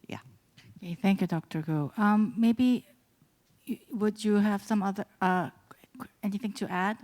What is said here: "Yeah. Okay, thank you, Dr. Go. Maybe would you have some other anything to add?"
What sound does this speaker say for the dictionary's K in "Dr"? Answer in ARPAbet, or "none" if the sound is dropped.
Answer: K